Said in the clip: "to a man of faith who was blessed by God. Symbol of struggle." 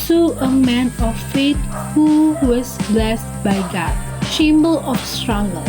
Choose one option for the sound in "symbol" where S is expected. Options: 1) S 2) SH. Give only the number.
2